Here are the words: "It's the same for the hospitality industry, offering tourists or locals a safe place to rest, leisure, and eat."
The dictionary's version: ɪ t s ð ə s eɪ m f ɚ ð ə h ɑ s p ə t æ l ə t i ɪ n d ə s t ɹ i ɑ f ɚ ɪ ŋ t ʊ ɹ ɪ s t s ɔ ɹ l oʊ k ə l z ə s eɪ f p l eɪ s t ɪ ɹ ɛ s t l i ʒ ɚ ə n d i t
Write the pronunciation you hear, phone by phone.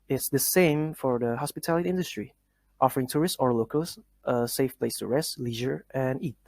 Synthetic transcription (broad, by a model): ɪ t s ð ə s eɪ m f ɚ ð ə h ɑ s p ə t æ l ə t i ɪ n d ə s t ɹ i ɑ f ɚ ɪ ŋ t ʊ ɹ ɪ s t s ɔ ɹ l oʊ k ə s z ə s eɪ f p l eɪ s t ɪ ɹ ɛ s t l i ʒ ɚ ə n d i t